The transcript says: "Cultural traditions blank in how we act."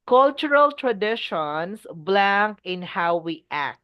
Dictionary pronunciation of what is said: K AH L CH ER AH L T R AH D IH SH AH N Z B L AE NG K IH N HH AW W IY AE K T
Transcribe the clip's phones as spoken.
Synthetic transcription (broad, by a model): K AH L CH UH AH L T R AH D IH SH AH N S B L AE NG K IH N HH AW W IY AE K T